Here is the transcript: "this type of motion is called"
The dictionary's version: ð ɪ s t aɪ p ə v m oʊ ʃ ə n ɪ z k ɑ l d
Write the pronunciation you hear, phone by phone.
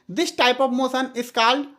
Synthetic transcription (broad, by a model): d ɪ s t aɪ p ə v m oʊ s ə n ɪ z k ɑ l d